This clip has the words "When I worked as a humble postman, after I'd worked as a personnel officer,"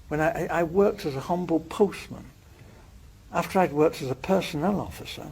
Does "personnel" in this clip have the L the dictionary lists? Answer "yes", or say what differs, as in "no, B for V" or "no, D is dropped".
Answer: yes